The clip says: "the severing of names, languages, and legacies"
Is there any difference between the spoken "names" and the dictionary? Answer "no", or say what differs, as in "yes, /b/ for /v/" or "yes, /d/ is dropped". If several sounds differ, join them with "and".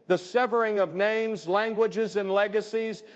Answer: no